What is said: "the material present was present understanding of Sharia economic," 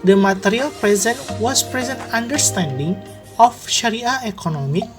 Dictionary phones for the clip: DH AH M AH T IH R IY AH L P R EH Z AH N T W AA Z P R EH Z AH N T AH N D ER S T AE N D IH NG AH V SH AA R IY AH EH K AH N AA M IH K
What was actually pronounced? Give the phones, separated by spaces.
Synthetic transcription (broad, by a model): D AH M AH T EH R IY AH L P R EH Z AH N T W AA S P R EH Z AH N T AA N D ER S T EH N D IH NG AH F SH AA R IY AH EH K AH N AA M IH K